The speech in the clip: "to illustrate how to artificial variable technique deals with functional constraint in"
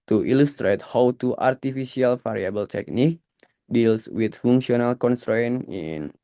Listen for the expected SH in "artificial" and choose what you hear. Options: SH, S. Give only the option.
S